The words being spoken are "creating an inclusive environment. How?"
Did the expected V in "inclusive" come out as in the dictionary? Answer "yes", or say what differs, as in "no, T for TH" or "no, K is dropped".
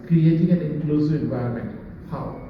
no, V is dropped